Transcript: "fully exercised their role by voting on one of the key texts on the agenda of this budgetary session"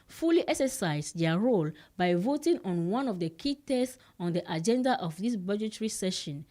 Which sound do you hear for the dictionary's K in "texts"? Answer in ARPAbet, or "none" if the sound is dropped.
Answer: none